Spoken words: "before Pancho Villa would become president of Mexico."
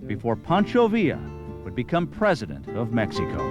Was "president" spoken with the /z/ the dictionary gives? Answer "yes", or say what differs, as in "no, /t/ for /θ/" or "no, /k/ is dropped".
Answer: yes